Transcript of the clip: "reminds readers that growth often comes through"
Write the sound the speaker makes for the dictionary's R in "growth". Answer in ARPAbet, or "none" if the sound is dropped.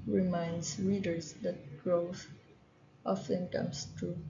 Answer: R